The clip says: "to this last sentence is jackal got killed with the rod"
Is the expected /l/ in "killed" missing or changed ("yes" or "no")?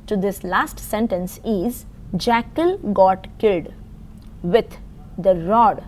no